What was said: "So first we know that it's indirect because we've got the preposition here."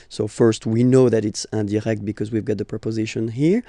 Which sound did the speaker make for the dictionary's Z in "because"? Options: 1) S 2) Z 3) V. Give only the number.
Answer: 2